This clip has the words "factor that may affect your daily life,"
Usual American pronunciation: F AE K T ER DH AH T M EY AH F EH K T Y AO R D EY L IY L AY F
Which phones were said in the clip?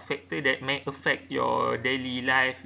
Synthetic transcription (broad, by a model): F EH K T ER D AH T M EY AH F EH K T Y AO D EY L IY L AY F